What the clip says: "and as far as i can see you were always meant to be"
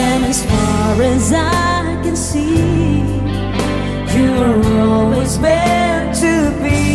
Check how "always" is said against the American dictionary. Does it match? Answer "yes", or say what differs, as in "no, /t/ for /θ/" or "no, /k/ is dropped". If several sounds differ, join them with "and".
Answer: yes